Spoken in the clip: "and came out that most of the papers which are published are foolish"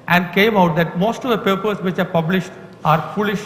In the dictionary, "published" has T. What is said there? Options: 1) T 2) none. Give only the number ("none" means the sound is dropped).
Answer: 1